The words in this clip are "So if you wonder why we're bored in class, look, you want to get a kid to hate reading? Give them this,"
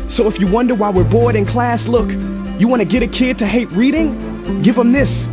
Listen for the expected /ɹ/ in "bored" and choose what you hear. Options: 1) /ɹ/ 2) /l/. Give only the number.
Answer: 1